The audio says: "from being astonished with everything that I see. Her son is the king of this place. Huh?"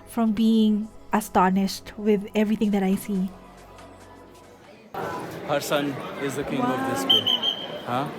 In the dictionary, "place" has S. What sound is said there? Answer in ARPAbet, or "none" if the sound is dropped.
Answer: none